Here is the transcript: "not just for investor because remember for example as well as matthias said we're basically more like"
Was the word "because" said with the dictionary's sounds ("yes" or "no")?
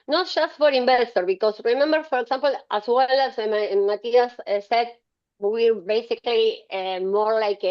no